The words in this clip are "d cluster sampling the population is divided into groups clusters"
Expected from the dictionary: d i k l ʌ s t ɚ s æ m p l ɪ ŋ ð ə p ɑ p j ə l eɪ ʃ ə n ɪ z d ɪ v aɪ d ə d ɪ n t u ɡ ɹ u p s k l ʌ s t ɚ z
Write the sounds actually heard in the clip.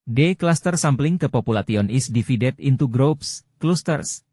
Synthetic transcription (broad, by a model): d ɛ k l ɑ s t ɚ s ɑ m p l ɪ ŋ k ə p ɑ p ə l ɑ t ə n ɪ s d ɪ f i d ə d ɪ n t u ɡ ɹ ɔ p s k l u s t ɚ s